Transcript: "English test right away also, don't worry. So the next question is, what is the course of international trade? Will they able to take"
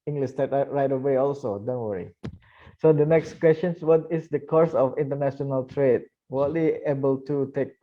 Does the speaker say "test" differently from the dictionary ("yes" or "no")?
yes